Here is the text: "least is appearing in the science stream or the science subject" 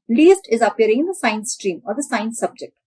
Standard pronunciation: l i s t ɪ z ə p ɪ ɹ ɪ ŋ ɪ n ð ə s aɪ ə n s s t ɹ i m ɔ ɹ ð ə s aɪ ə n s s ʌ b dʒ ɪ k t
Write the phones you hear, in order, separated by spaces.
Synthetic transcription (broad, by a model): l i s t ɪ z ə p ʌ ɹ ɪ ŋ ɪ n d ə s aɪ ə n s s t ɹ i m ɔ ɹ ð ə s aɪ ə n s s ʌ b dʒ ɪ k t